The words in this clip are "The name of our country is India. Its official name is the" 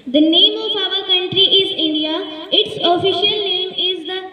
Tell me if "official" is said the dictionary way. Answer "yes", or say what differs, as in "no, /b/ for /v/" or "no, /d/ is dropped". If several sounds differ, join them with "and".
yes